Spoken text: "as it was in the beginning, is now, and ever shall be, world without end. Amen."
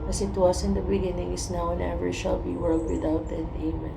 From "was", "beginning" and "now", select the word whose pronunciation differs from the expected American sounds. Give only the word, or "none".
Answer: was